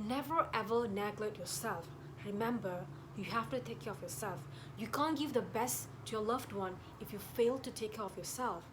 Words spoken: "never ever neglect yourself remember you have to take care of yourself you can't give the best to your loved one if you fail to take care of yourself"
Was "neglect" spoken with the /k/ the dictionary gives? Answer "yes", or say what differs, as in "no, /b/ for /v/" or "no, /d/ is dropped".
no, /k/ is dropped